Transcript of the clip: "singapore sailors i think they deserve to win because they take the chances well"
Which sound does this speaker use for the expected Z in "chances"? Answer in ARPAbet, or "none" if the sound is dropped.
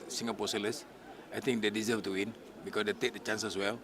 S